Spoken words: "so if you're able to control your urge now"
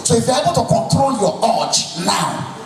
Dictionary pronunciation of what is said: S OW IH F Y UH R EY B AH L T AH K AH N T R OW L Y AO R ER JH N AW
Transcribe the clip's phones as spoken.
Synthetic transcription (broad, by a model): S OW IH F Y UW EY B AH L T AH K AH N T R OW L Y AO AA CH N AW